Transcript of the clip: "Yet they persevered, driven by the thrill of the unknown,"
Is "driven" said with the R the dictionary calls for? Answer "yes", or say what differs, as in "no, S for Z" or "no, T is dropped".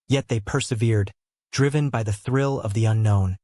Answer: yes